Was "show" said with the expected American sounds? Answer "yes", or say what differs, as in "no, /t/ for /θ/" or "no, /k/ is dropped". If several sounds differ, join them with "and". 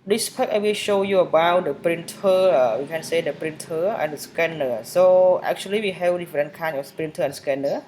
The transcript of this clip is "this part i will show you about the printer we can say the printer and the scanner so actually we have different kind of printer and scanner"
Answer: yes